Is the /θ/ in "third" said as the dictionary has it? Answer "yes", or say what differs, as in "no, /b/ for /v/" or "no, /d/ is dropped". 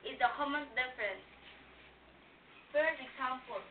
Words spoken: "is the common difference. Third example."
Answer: no, /f/ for /θ/